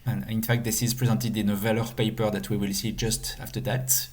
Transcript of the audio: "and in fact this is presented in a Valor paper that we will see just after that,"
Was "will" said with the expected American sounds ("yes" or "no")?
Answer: yes